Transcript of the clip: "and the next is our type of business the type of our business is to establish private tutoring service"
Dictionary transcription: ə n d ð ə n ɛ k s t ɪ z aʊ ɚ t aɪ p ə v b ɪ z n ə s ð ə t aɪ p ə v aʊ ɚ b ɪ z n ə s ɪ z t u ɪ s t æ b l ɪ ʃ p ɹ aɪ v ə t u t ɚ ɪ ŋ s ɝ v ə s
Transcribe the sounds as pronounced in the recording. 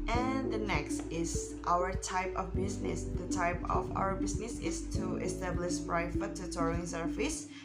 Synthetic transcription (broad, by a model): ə n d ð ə n ɛ k s t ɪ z aʊ ɚ t aɪ p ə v b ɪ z n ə s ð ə t aɪ p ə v aʊ ɚ b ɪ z n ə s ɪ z t u ɪ s t æ b l ɪ ʃ f ɹ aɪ f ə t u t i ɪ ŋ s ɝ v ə s